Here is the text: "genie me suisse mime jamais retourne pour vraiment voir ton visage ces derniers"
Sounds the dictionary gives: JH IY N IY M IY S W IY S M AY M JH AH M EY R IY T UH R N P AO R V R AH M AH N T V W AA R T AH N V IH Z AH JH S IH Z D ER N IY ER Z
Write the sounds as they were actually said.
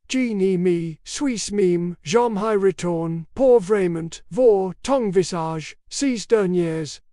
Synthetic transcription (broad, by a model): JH IY N IY M IY S W IY S M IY M ZH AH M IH R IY T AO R N P AO R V R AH M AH N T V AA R T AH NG V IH S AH ZH S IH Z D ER N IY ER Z